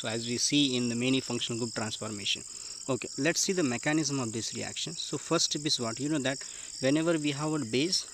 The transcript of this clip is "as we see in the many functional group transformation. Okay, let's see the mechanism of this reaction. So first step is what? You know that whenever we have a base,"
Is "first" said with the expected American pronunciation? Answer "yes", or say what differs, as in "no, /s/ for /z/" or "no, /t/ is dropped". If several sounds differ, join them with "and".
no, /s/ is dropped